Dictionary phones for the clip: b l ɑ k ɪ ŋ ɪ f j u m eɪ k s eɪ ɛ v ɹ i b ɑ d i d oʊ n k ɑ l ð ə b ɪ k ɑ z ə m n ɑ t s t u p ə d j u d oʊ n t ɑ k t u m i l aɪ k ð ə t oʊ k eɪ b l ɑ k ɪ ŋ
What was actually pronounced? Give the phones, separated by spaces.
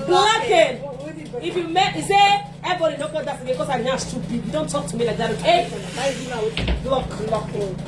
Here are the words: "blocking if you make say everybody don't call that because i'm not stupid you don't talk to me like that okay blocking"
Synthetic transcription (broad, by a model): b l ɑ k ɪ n ɪ f j u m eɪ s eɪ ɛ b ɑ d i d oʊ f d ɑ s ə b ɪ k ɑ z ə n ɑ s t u b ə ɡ j u d oʊ n t ɑ k t u m i l aɪ k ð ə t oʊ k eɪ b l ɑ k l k